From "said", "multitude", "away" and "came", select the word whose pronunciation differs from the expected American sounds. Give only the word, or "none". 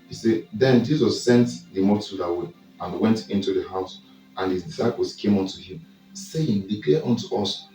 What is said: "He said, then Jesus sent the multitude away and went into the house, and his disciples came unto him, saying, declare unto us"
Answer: multitude